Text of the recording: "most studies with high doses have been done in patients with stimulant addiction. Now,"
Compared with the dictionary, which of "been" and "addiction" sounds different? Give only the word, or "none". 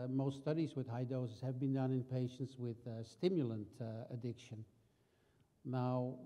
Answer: none